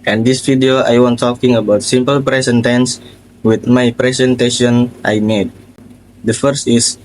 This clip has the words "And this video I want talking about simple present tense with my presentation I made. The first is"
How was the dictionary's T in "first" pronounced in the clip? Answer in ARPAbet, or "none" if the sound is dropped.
T